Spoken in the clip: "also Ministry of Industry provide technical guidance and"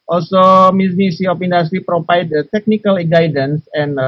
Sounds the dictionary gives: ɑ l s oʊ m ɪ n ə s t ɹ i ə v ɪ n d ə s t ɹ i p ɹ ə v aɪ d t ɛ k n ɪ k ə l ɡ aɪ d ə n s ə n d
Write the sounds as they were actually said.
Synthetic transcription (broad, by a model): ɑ l s oʊ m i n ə s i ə p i n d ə s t ɹ i p ɹ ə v aɪ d t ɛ k n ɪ k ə l ɡ aɪ d ə n s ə n